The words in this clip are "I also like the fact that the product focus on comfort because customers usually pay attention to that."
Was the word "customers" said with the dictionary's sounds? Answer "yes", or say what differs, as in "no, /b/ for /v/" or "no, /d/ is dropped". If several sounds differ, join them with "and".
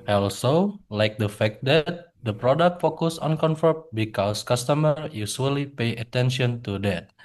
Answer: no, /z/ is dropped